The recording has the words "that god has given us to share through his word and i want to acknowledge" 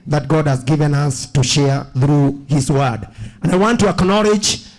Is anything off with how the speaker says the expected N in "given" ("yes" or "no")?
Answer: no